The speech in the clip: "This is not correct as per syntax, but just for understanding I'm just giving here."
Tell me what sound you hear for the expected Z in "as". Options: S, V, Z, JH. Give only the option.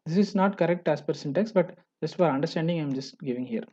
S